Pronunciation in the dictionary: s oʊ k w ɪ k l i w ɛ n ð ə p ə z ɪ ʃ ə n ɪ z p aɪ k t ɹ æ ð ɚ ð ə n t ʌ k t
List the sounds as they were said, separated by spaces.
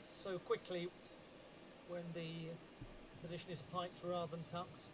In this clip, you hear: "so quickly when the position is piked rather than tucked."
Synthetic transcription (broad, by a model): s oʊ k w ɪ k l i w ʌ n ð ə p ə z ɪ ʃ ə n ɪ z p aɪ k t ɹ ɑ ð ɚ ð ə n t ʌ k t